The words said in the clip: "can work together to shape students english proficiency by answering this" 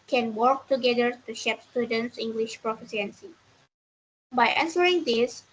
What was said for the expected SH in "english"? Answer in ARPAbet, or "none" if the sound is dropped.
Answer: SH